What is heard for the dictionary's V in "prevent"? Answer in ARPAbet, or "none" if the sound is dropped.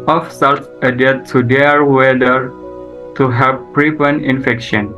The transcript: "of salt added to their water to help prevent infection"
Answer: P